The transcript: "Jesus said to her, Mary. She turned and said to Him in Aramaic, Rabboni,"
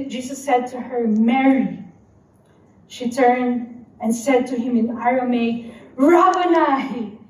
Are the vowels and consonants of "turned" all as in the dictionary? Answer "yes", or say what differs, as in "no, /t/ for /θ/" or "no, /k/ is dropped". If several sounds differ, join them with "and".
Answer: yes